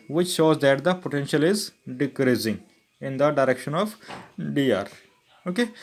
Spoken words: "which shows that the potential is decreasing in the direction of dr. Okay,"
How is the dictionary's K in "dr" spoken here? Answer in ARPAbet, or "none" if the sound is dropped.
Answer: none